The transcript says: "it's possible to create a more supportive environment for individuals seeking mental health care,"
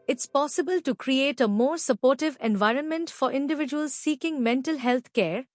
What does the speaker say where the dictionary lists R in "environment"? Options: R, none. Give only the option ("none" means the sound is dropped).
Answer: R